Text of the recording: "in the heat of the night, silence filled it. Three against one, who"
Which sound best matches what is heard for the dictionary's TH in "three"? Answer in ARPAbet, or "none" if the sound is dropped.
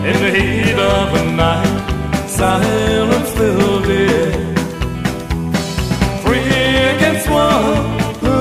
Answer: F